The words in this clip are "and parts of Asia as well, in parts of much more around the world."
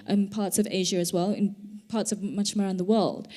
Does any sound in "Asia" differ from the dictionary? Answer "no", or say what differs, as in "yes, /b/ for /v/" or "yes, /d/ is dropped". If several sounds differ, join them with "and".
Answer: no